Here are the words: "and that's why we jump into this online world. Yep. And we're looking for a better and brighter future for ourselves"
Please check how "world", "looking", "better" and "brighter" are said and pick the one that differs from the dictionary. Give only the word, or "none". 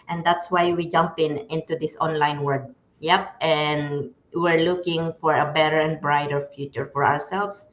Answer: world